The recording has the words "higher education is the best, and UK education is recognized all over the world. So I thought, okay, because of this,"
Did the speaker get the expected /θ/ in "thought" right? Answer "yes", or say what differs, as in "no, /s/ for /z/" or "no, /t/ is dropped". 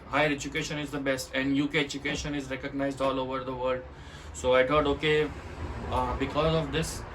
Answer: no, /t/ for /θ/